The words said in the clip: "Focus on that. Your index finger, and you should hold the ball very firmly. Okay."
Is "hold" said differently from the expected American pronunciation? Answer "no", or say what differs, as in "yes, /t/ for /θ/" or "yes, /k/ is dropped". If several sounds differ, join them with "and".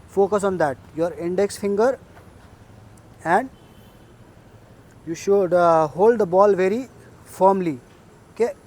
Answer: no